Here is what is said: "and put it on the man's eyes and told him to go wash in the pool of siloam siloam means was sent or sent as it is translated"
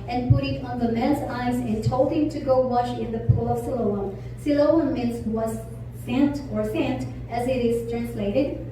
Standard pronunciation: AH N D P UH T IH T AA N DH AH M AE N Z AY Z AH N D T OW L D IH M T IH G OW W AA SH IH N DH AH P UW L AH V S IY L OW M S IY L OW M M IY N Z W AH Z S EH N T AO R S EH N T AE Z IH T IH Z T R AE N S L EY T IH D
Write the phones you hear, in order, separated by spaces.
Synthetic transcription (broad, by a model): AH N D P UH T IH T AA N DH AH M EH L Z AY Z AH N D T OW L IH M T IH G OW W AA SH IH N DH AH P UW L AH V S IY L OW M S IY L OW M M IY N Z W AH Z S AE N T AO R S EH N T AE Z IH T IH Z T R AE N S L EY T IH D